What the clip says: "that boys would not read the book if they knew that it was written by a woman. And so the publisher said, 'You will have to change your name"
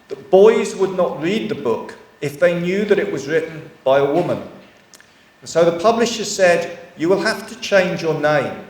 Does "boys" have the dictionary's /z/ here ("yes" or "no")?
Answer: yes